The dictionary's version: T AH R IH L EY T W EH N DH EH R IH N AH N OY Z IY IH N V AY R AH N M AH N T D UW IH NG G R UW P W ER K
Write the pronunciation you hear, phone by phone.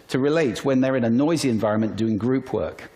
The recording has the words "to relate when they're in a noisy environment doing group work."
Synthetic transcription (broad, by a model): T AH R IH L EY T W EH N DH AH R IH N AH N OY Z IY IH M V AY R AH N M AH N D UW IH NG G R UW P W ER K